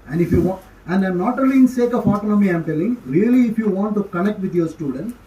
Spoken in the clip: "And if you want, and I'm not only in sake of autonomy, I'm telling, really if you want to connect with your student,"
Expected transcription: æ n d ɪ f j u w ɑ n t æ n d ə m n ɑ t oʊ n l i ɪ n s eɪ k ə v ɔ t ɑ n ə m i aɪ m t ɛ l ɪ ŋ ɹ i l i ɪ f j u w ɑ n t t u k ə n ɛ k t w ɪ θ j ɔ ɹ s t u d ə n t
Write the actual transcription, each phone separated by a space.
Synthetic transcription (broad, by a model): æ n d ɪ f j u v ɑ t æ n d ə n ɑ t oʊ l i ɪ n s eɪ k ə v ɔ t ɑ n ə m i aɪ m t ɛ l ɪ ŋ ɹ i l i ɪ f j u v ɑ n t t u k ə n ɛ k t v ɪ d j ɔ ɹ s t u d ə n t